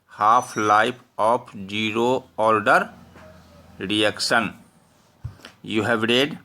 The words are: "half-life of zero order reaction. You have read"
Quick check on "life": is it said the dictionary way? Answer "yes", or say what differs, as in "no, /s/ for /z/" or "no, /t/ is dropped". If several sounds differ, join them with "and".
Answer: no, /p/ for /f/